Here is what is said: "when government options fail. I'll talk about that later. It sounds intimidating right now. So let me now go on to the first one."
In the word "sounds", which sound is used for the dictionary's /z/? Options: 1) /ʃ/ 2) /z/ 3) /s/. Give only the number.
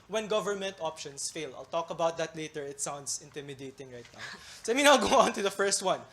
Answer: 3